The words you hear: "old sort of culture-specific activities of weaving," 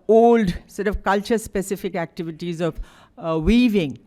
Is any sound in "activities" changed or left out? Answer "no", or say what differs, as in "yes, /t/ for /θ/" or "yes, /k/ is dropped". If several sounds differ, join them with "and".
no